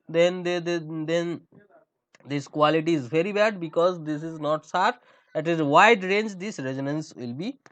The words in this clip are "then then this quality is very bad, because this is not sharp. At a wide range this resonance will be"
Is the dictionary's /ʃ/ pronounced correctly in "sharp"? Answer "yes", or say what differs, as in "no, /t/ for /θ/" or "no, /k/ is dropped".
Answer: no, /s/ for /ʃ/